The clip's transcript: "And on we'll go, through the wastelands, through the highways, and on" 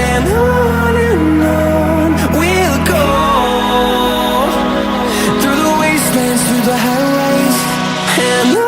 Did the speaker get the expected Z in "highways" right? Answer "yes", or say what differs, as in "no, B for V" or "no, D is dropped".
no, Z is dropped